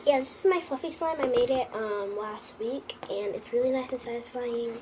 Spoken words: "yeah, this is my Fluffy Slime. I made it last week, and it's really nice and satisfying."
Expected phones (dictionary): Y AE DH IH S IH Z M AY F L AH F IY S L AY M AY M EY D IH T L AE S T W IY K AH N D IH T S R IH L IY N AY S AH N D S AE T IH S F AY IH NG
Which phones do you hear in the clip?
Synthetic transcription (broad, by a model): Y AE DH IH S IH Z M AY F AH F IY S L AY M AY M EY D IH T L AE S T W IY K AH N IH T S R IH L IY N AY S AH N S AE T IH S F AY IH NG